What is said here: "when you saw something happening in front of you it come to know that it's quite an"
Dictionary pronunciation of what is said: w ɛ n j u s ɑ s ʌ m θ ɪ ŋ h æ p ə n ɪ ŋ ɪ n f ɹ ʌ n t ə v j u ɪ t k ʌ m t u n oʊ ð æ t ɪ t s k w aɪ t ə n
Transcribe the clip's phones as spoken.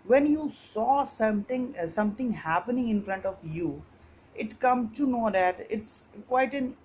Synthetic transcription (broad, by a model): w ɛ n j u s ɑ s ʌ m s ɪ ŋ h æ p ə n ɪ ŋ ɪ n f ɹ ʌ n t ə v j u ɪ t k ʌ m t u n oʊ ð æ t ɪ t s k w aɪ t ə n